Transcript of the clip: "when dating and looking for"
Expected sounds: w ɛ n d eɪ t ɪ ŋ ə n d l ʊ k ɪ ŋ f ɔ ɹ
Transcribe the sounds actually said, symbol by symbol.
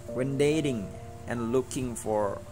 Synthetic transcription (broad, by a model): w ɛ n d eɪ t ɪ ŋ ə n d l ʊ k ɪ ŋ f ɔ ɹ